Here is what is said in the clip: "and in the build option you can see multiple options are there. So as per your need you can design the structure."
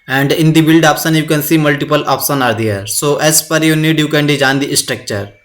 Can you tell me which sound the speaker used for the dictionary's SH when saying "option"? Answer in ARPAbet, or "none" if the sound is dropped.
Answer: S